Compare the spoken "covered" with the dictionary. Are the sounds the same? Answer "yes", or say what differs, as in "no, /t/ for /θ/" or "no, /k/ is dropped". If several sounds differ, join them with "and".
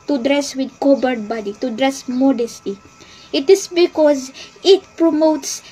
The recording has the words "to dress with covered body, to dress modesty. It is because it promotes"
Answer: no, /b/ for /v/